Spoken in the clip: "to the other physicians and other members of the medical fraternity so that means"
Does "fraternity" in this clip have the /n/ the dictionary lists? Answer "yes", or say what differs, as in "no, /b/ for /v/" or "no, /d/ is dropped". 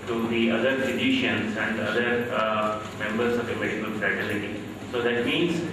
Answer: no, /l/ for /n/